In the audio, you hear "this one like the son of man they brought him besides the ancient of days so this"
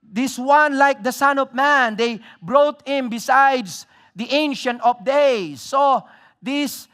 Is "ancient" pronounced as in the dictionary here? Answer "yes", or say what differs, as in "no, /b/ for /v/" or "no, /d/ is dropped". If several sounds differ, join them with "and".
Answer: yes